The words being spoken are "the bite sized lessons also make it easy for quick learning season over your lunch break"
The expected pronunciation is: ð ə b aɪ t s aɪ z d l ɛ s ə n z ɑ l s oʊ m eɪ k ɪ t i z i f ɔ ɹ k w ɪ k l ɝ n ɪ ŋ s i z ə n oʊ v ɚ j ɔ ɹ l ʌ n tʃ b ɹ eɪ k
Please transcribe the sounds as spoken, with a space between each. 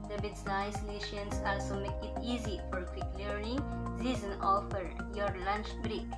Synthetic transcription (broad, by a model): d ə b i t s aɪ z l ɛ ʃ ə n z ɑ l s oʊ m eɪ k ɪ t i z i f ɔ ɹ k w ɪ k l ɝ n ɪ ŋ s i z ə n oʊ f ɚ j ɔ ɹ l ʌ n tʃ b ɹ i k